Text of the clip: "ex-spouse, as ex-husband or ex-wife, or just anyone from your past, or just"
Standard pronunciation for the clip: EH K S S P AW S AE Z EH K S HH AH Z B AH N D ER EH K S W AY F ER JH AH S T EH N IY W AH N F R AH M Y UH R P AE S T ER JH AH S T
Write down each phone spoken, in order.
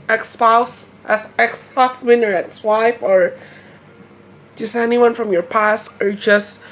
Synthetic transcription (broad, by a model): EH K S S P AW S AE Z EH K S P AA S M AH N ER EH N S W AY F ER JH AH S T EH N IY W AH N F R AH M Y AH R P AE S T ER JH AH S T